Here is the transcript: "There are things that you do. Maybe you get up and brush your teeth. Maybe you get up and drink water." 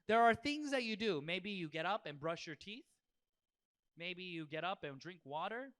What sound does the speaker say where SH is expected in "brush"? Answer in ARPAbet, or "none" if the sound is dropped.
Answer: SH